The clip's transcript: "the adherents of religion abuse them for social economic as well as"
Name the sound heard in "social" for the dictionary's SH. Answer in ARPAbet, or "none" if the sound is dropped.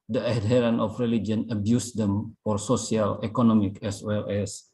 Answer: S